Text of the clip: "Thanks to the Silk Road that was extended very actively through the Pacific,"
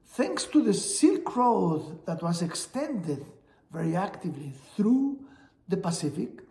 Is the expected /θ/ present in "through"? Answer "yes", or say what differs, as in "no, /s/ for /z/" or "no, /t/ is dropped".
yes